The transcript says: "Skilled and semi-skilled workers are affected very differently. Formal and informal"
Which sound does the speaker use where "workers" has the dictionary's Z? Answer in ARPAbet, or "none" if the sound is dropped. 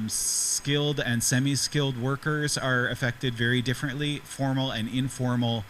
Z